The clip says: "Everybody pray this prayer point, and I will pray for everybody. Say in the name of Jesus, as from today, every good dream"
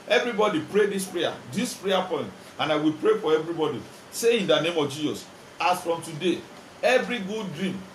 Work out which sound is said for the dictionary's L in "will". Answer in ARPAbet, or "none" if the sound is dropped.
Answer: L